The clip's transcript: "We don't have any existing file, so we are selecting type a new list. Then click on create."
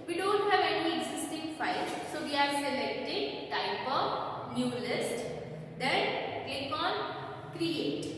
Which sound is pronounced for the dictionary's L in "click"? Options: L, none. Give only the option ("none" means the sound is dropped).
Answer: none